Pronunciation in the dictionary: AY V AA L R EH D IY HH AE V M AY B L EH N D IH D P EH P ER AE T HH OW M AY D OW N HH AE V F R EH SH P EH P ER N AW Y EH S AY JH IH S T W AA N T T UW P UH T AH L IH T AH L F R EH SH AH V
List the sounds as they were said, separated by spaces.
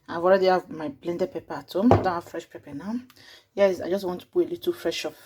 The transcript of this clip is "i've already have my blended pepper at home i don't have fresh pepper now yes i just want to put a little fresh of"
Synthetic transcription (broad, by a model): AY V AA L R EH D IY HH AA V M AY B L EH N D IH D P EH P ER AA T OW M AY D OW N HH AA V F R EH SH P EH P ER N AW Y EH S AY JH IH S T W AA N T T UW B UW AH L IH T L F R EH SH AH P